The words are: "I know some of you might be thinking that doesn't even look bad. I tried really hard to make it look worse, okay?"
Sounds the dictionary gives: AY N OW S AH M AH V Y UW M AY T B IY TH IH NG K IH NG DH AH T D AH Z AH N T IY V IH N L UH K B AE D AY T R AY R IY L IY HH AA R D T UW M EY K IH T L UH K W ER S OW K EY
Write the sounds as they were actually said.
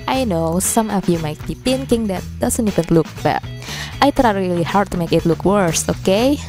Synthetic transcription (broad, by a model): AY N OW S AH M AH F Y UW M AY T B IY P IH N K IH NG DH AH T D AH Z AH N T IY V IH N L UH K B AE AY T R AY R IY L IY HH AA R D T UW M EY K IH T L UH K W ER S OW K EY